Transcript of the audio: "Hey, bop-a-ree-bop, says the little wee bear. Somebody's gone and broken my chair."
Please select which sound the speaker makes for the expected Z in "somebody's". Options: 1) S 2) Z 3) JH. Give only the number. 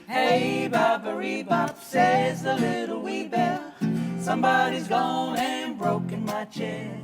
2